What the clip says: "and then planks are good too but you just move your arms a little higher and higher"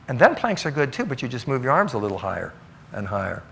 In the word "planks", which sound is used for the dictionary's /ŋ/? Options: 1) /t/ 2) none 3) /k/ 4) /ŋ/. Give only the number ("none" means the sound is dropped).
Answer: 4